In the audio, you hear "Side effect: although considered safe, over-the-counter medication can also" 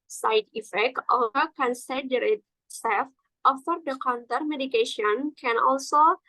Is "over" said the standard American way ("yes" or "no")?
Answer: no